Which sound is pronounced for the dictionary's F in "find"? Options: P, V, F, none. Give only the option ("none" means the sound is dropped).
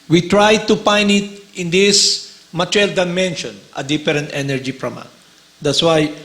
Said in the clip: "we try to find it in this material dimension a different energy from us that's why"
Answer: P